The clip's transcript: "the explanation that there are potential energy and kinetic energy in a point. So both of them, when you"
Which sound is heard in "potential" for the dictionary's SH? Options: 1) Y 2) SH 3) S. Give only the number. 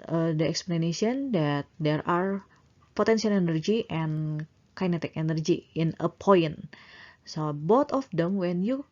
3